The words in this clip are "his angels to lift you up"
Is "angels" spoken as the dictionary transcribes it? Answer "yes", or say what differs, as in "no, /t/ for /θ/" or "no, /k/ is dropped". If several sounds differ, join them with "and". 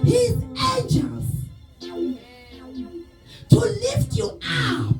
no, /n/ is dropped